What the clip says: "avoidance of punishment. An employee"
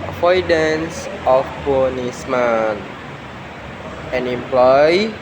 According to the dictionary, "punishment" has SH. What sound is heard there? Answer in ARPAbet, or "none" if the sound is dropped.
S